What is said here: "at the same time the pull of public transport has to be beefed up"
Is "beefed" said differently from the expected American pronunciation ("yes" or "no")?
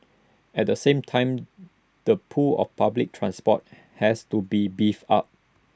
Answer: yes